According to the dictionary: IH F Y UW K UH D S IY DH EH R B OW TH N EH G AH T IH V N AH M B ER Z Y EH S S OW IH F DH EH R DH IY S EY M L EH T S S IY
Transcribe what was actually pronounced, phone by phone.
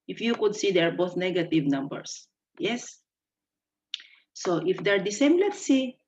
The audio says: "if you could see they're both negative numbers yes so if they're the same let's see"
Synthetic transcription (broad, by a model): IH F Y UW K UH D S IY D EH R B OW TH N EH G AH T IH V N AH M B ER S Y EH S S OW IH F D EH R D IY S EY M L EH T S S IY